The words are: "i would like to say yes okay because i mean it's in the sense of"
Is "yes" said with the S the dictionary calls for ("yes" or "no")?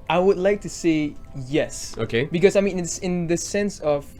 yes